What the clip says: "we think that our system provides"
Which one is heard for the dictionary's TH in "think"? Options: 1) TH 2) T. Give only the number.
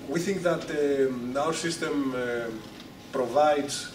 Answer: 1